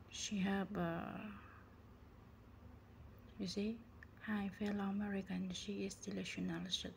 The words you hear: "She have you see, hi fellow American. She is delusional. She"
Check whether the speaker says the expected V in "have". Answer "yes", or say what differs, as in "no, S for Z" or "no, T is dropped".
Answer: no, B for V